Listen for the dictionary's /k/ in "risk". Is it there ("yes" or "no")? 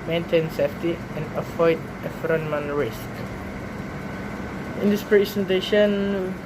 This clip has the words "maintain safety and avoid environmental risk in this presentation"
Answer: yes